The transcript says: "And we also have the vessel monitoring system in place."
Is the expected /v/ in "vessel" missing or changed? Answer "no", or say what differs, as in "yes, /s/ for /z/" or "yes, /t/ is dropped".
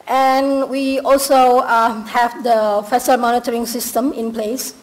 yes, /f/ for /v/